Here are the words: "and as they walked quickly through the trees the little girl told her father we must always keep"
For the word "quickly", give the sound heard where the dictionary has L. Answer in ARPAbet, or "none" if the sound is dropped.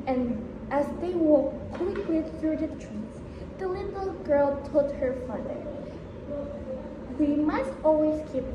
W